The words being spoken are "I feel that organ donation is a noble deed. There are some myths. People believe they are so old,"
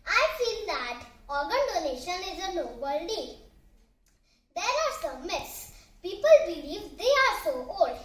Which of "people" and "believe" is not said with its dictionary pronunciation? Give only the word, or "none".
none